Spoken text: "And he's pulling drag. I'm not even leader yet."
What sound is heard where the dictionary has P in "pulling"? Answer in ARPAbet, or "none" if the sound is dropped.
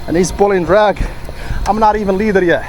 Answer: B